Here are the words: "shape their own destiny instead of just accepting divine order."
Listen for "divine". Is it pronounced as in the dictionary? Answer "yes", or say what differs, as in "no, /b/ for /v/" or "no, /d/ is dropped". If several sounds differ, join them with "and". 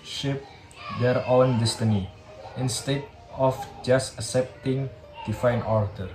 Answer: no, /f/ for /v/